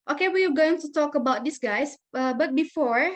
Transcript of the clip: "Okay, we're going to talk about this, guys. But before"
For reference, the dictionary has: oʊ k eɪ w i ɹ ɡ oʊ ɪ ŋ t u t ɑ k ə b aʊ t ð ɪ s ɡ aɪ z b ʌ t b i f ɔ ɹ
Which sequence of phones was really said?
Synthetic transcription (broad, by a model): oʊ k eɪ w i w ɡ oʊ ɪ ŋ t u t ɑ k ə b aʊ t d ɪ s ɡ aɪ s b ʌ t b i f ɔ ɹ